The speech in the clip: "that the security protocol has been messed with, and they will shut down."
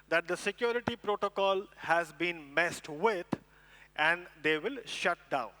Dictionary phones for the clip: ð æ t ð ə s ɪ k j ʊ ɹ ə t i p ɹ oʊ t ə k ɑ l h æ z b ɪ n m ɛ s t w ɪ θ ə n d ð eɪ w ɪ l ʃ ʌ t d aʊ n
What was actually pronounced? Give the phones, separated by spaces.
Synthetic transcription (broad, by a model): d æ t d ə s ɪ k j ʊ ɹ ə t i p ɹ oʊ t ə k ɑ l h æ z b ɪ n m ɛ s t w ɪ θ ə n d eɪ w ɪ l ʃ ʌ t d aʊ n